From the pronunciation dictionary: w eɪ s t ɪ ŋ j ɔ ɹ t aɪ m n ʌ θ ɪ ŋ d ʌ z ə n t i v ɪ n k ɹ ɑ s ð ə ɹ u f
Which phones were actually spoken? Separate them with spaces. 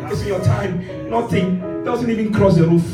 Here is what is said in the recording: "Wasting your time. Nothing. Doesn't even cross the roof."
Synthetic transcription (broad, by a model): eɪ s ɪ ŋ j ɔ t aɪ m n ʌ θ ɪ ŋ d ʌ z ə n t i v ɪ n k ɹ ɑ s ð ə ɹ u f